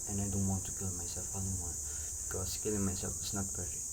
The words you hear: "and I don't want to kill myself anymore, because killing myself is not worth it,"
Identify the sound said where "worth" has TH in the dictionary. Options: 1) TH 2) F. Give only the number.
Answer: 2